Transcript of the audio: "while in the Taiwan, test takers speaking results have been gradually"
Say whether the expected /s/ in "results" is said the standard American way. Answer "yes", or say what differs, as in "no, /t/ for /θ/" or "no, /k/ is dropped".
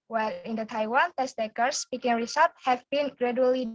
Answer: no, /s/ is dropped